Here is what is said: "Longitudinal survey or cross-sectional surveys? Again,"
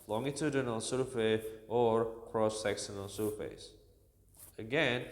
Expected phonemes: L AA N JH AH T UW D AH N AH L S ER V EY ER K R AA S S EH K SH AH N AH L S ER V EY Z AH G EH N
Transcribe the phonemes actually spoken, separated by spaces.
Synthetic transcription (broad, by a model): L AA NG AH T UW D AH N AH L S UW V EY ER K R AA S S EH K S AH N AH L S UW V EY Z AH G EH N